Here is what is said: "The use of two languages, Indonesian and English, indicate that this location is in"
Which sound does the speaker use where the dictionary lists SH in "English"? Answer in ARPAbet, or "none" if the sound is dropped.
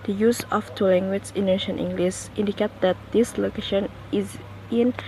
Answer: S